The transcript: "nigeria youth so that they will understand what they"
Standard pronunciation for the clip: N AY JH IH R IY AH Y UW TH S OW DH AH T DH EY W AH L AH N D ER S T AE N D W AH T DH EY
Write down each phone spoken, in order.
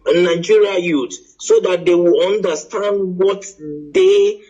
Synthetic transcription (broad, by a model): N AY JH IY R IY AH Y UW T S OW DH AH T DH EY W AH L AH N D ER S T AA N D W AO T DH EY